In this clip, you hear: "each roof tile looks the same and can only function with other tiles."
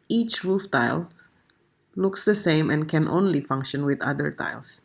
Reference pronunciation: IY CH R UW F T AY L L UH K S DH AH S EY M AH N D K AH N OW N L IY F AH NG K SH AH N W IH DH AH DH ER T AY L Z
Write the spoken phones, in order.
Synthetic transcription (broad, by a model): IY CH R UW F T AY L L UH K S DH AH S EY M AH N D K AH N OW N L IY F AH NG K SH AH N W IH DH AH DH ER T AY L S